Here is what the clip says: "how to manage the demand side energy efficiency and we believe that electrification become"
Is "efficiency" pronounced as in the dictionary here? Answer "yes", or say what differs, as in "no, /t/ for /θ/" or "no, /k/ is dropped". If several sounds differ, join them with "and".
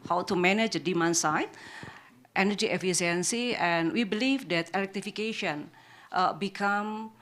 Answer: no, /s/ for /ʃ/